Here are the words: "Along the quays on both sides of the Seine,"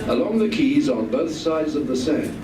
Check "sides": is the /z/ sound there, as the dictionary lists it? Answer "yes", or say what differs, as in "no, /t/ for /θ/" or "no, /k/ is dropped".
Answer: yes